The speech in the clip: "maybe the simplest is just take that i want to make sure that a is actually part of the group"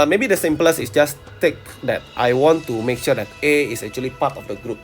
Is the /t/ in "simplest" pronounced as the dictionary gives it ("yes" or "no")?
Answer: no